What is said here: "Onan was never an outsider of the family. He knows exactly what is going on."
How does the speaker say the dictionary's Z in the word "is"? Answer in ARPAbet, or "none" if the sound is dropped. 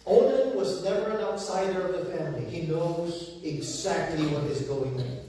Z